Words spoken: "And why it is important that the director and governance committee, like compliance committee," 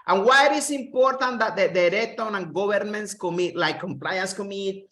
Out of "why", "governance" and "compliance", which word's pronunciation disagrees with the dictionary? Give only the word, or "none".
governance